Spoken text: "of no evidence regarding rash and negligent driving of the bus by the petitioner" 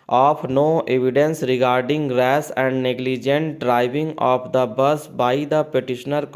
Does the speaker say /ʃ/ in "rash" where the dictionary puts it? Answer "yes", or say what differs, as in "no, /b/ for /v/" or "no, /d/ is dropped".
no, /s/ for /ʃ/